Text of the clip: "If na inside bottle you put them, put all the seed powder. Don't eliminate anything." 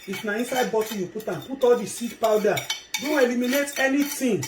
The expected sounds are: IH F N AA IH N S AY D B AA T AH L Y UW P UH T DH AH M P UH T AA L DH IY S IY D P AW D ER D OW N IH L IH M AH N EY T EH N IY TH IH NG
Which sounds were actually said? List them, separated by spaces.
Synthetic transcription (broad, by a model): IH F N AA IH N S AY D B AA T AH Y UW P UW T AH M P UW T AA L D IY S IY D P AW D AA D OW N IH L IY M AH N EY T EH N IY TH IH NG